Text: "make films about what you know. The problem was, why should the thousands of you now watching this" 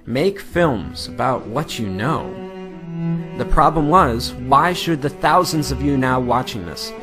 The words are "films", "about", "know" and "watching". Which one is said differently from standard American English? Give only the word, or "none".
none